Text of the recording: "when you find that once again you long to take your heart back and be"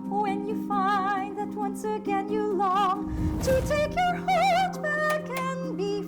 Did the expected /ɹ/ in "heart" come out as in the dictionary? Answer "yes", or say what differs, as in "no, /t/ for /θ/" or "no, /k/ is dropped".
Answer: no, /l/ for /ɹ/